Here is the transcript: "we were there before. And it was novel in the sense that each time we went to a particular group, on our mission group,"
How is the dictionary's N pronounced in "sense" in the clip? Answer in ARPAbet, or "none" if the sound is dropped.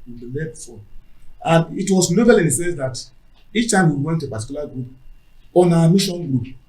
none